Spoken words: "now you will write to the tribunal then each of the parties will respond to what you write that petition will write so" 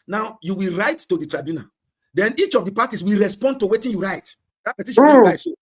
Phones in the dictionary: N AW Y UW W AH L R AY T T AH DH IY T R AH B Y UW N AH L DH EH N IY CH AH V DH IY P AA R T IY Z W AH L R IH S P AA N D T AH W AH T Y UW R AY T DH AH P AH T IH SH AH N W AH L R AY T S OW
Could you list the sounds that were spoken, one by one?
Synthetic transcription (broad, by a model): N AW Y UW W AH L R AY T T AH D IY T R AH B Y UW N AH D EH N IY CH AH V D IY P AA T IY S W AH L R IH S P AA N D T AH W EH T Y UW R AY T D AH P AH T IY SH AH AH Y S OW